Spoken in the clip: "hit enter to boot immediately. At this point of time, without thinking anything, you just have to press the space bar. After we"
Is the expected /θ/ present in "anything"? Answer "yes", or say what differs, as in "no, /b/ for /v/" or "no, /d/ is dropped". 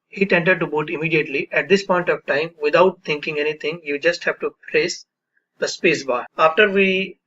no, /t/ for /θ/